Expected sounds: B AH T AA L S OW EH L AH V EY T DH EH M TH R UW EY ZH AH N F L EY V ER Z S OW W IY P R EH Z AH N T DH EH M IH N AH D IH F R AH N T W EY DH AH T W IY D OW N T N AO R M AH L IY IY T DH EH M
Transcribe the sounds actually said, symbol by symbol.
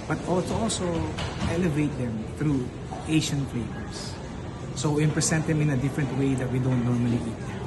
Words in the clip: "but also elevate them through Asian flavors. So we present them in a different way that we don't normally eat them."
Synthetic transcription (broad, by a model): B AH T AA L S OW EH L AH V EY T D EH M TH R UW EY SH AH N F L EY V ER S OW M P R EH S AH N T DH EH M IH N AH D IH F R AH N T W EY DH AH T W IY D OW N T N AO R M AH L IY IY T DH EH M